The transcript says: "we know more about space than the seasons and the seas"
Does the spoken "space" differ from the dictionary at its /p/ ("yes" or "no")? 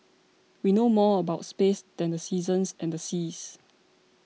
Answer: no